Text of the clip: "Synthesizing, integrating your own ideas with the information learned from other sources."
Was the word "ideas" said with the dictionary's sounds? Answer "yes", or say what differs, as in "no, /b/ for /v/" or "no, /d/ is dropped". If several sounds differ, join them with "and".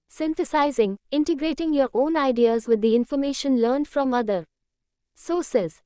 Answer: yes